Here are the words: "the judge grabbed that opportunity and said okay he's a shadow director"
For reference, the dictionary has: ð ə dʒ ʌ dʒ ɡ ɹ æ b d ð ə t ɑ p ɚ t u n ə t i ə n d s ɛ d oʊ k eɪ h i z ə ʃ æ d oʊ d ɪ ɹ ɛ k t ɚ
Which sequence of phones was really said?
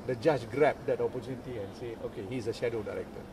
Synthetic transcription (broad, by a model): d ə dʒ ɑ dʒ ɡ ɹ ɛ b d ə t ɑ p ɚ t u n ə t i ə n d s ɛ oʊ k eɪ h i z ə ʃ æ d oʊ d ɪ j ɛ k t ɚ